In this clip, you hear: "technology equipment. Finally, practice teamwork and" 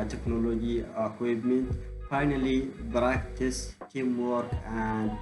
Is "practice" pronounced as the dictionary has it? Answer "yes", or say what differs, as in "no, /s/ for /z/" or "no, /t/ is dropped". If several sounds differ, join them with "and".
no, /b/ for /p/